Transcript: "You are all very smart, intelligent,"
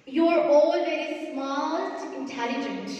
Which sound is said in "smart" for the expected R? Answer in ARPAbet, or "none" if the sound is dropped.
L